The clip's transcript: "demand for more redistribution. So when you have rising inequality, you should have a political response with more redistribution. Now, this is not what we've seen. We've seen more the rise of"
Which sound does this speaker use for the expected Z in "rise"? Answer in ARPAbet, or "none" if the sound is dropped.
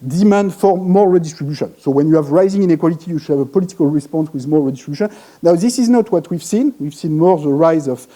Z